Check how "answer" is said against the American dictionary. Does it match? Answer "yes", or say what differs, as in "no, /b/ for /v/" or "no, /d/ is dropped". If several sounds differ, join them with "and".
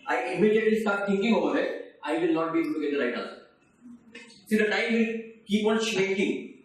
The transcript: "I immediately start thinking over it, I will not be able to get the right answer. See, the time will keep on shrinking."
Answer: no, /l/ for /n/